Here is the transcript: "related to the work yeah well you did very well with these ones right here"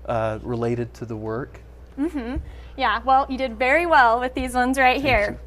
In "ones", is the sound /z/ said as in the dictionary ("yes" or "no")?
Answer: yes